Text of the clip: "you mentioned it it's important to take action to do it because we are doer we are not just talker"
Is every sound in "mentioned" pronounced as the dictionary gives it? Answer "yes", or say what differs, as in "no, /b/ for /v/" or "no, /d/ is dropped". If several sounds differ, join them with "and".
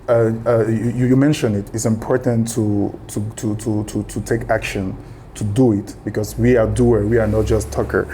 no, /d/ is dropped